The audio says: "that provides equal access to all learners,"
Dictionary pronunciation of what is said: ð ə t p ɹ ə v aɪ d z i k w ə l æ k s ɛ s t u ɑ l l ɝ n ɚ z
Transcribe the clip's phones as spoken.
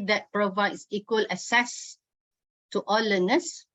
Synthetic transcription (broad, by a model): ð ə t p ɹ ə v aɪ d s i k w ə l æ s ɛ s t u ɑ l l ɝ n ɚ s